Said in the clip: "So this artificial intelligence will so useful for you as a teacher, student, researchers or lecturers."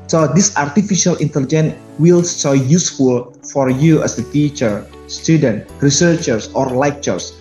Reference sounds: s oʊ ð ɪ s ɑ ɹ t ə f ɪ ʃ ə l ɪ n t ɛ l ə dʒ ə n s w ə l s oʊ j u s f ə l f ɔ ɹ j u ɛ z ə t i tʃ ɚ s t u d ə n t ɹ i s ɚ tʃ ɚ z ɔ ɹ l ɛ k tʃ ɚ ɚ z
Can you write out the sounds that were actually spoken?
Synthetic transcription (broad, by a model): s oʊ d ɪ s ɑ ɹ t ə f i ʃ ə l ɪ n t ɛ l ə dʒ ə n w ə l s oʊ j u s f ə l f ɔ ɹ j u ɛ s ə t i tʃ ɚ s t u d ə n t ɹ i s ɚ tʃ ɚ s ɔ ɹ l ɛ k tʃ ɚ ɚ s